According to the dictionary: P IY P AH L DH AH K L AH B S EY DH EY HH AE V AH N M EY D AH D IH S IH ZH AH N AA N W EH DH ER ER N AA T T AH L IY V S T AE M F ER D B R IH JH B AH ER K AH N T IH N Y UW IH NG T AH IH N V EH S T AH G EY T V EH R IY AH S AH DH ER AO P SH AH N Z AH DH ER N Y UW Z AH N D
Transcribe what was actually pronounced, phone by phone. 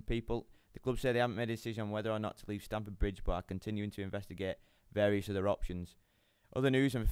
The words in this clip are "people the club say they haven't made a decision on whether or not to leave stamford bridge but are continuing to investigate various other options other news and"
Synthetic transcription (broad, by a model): P IY P AH L DH AH K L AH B S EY DH EY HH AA V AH N M EY D AH D IH S IH ZH AH N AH N W EH DH ER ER N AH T T AH L IY V S T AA M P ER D B R IH JH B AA K AH N T IH N Y UW IH NG T AH IH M V EH S T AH G EY T V EH R IY AH S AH DH ER AO P SH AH N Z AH DH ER N Y UW Z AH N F